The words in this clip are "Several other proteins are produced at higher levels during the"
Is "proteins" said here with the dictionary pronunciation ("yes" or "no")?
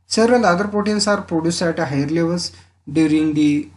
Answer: no